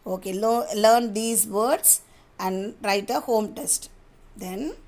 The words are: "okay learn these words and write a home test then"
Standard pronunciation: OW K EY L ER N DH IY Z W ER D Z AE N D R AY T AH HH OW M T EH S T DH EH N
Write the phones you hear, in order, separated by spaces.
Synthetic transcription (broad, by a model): OW K EY L ER N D IY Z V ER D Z AE N D R AY T AH HH OW M T EH S T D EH N